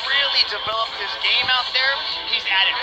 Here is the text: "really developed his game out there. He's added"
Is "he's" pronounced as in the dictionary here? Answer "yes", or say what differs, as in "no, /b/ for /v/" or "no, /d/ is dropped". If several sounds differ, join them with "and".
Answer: yes